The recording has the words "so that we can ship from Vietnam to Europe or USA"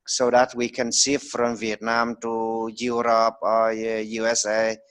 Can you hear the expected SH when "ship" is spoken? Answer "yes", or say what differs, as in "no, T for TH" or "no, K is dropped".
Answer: no, S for SH